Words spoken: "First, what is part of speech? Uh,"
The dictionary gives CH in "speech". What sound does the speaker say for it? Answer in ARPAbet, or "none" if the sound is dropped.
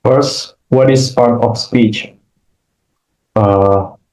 CH